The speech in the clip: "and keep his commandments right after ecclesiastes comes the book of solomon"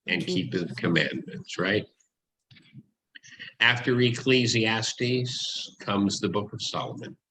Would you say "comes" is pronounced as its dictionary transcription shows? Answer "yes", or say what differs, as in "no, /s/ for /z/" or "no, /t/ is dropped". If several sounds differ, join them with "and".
yes